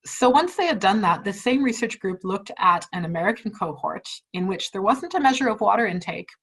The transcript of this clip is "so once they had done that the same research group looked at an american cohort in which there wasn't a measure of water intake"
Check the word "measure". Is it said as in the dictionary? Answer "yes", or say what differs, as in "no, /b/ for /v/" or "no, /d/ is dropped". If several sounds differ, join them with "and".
yes